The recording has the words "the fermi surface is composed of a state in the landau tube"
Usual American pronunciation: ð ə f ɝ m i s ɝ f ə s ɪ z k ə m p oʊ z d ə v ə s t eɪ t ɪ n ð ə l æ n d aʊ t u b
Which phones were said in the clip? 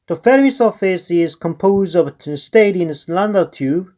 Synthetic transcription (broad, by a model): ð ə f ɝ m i s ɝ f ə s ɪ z k ə m p oʊ z d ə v ə s t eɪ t ɪ n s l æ n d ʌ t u